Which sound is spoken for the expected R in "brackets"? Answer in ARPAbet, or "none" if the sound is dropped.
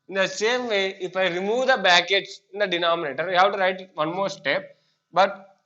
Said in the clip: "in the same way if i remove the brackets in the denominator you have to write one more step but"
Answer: none